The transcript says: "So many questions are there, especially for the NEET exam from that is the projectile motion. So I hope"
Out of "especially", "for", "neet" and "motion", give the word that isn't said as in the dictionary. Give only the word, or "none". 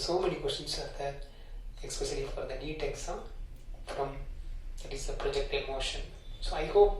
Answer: especially